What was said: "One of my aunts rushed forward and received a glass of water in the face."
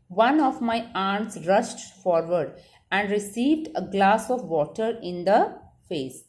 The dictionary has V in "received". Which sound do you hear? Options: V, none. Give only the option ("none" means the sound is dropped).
V